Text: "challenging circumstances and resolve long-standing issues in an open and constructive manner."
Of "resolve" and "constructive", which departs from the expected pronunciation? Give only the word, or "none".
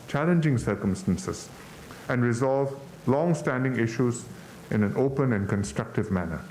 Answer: none